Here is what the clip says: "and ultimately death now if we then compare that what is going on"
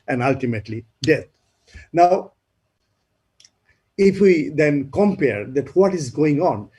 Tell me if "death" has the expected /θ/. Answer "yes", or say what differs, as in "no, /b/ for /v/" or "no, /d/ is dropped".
no, /t/ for /θ/